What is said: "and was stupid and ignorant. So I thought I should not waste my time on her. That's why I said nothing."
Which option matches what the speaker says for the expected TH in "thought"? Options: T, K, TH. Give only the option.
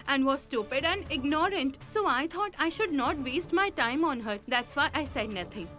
T